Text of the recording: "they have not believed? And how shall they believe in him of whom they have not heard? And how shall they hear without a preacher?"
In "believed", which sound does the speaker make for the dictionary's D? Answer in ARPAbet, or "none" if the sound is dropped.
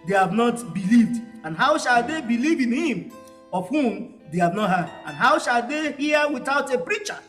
D